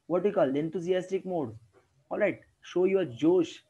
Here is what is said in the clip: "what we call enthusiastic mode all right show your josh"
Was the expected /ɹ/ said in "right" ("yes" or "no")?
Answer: yes